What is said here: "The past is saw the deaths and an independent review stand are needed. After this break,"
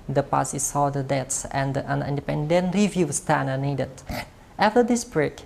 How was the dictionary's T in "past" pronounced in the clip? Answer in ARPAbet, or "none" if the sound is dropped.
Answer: none